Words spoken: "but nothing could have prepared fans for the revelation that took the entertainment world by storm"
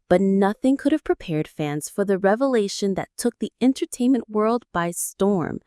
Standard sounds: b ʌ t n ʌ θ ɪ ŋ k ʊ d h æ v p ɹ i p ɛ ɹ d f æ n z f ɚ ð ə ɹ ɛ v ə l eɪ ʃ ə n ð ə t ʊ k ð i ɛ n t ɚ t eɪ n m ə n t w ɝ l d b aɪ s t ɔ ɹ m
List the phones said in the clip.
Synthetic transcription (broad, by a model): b ʌ t n ʌ θ ɪ ŋ k ʊ d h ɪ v p ɹ i p ɛ ɹ d f æ n z f ɚ ð ə ɹ ɛ v ə l eɪ ʃ ə n ð ə t ʊ k ð i ɛ n t ɚ t eɪ n m ə n t w ɝ l d b aɪ s t ɔ ɹ m